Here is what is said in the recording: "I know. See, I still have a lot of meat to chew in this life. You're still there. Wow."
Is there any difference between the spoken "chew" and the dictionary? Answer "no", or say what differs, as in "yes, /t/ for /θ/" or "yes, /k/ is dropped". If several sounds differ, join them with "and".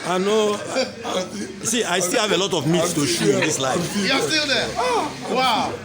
yes, /ʃ/ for /tʃ/